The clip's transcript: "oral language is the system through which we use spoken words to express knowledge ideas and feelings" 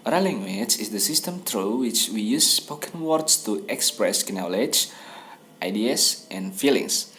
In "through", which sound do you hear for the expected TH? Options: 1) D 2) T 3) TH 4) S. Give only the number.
2